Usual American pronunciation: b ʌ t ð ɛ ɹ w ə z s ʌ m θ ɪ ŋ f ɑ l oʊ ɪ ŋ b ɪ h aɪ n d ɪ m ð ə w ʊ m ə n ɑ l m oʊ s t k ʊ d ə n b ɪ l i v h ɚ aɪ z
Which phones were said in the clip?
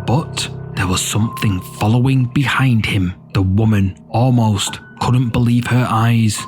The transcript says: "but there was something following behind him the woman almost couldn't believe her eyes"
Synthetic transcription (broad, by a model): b ʌ t ð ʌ ɹ w ə z s ʌ m θ ɪ ŋ f ɑ l oʊ ɪ ŋ b ɪ h aɪ n d ɪ m ð ə w ʊ m ə n ɑ l m oʊ s t k ʊ d n b ɪ l i v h ɚ aɪ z